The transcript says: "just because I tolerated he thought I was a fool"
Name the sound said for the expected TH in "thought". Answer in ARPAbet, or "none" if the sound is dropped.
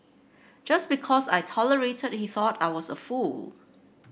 TH